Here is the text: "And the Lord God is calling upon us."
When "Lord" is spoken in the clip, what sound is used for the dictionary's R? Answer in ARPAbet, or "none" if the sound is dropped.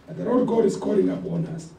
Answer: L